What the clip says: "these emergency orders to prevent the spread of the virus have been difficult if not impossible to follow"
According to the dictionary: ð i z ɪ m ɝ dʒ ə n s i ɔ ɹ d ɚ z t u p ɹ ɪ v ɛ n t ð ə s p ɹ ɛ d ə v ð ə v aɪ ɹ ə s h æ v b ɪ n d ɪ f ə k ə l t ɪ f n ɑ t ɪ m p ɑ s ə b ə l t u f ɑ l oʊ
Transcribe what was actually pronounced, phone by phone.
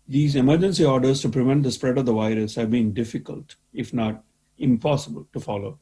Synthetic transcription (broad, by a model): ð i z ɪ m ɝ dʒ ə n s i ɔ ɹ d ɚ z t u p ɹ ɪ v ɛ n t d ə s p ɹ ɛ d ə v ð ə v aɪ ɹ ə s h æ v b ɪ n d ɪ f ə k ə l t ɪ f n ɑ t ɪ m p ɑ s ə b ə l t u f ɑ l oʊ